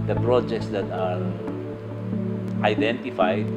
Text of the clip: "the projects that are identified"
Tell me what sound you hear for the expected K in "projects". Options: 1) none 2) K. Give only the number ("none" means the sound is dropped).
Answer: 2